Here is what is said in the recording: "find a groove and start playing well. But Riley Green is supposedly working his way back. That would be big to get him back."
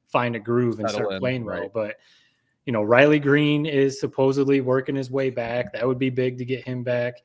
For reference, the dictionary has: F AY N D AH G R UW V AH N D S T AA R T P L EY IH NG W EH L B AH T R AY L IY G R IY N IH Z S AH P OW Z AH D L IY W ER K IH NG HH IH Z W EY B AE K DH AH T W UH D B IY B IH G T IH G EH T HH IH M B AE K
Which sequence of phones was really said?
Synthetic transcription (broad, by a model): F AY N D AH G R UW V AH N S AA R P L EY IH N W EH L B AH T R AY L IY G R IY N IH Z S AH P OW Z AH D L IY W ER K IH NG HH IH Z W EY B AE K DH AH T W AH D B IY B IH G T IH G EH T HH IH M B AE K